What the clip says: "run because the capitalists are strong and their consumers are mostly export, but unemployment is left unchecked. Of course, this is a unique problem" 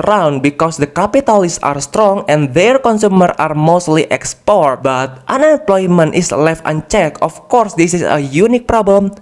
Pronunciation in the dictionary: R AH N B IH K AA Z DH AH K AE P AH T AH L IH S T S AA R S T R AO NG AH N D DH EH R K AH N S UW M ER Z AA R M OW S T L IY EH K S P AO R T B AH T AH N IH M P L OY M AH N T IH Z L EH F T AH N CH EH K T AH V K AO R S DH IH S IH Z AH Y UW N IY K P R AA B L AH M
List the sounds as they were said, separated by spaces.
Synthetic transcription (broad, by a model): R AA N B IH K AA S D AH K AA P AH T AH L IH S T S AA R S T R AO NG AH N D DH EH R K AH N S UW M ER AA R M OW S T L IY EH K S P AO R T B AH T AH N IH M P L OY M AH N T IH S L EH F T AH N CH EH K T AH F K AO R S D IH S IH S AH Y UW N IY K P R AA B L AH M